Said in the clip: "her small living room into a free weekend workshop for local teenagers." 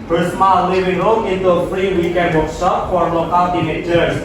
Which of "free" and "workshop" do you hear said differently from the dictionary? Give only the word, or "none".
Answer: workshop